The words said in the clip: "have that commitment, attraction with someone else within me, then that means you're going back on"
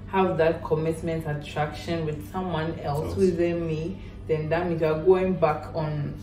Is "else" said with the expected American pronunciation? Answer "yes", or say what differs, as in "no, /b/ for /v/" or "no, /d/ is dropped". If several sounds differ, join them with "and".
yes